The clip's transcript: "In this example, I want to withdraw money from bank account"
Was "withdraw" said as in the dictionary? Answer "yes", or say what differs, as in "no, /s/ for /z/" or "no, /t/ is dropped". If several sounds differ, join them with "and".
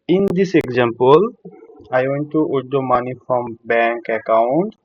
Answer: no, /ɹ/ is dropped